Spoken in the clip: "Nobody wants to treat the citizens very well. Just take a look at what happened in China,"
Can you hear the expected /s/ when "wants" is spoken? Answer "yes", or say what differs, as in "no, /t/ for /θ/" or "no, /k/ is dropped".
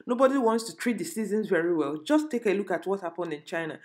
yes